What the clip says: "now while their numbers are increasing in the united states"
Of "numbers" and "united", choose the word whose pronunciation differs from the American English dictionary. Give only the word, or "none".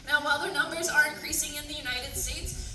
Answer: none